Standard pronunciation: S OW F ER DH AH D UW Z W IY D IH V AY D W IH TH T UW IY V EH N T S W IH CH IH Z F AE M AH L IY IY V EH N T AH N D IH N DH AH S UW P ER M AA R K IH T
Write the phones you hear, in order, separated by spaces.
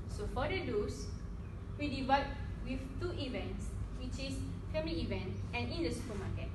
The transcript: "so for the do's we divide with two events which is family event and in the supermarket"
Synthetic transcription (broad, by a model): S OW F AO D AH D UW S W IY D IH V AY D W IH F T UW IY V EH N T S W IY CH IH S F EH M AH L IY IY V EH N T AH N IH N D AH S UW P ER M AA K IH T